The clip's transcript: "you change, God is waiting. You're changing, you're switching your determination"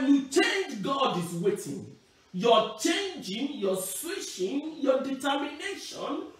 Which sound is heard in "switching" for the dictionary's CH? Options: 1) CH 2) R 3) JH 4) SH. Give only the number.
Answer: 4